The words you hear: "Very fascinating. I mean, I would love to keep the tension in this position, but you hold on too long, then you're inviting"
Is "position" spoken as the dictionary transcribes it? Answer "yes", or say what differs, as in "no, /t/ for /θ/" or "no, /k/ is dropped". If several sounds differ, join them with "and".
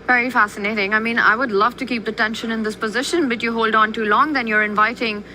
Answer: yes